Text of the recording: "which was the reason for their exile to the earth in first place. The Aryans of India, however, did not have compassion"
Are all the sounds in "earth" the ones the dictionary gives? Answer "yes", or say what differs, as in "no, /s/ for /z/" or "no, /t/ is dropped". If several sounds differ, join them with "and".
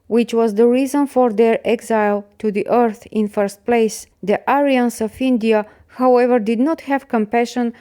yes